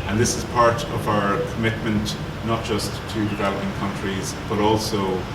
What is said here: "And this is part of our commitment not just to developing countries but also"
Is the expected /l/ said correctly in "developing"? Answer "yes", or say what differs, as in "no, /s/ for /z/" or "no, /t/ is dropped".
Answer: no, /l/ is dropped